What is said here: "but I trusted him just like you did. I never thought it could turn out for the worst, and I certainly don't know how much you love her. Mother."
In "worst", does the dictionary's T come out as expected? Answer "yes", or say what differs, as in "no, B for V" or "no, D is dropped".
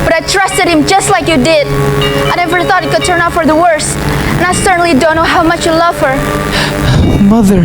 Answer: yes